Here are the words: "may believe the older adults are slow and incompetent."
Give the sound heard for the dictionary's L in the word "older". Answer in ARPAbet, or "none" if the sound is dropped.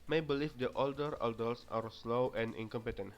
L